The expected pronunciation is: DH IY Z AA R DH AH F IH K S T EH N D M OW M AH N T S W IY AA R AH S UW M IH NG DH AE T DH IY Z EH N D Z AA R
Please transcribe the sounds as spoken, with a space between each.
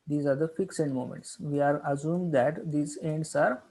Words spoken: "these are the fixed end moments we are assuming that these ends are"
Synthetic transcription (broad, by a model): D IY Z AA R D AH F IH K S EH N D M OW M AH N T S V IY AA R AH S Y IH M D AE T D IY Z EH N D S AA R